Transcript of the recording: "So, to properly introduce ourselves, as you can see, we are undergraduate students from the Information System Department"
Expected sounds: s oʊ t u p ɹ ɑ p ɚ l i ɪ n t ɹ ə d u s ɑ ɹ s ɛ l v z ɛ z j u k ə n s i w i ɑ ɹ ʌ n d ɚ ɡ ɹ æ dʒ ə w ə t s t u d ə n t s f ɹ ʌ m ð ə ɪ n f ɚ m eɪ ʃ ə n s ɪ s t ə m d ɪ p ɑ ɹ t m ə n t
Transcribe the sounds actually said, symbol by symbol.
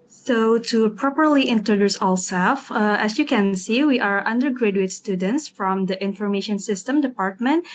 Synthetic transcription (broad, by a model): s oʊ t u p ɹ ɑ p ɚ l i ɪ n t ɹ ə d u s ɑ l s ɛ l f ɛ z j u k ə n s i w i ɑ ɹ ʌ n d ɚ ɡ ɹ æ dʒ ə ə t s t u d ə n t s f ɹ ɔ m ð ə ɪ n f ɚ m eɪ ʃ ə n s ɪ s t ə m d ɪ p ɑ ɹ t m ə n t